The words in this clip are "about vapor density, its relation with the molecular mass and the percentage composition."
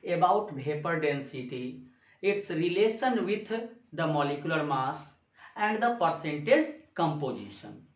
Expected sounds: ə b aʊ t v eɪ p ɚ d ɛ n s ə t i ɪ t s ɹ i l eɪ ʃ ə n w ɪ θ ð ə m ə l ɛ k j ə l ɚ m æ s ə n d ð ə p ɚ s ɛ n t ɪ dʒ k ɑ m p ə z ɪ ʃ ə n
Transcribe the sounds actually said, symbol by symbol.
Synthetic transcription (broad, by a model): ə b aʊ t b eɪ p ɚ d ɛ n s ə t i ɪ t s ɹ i l eɪ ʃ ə n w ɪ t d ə m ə l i k j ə l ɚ m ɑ s ə n d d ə p ɚ s ɛ n t ɪ dʒ k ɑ m p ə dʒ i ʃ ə n